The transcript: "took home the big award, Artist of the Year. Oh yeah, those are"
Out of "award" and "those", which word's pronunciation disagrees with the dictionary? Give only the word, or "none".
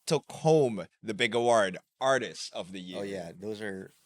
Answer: none